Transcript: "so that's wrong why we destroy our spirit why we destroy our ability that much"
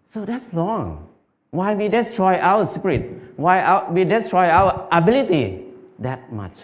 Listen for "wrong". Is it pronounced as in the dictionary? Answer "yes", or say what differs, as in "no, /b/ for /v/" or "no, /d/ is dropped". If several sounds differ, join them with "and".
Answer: no, /l/ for /ɹ/